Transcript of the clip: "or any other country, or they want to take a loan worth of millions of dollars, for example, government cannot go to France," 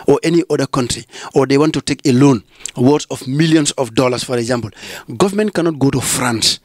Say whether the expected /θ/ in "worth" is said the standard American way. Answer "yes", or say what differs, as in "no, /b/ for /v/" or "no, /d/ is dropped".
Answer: no, /s/ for /θ/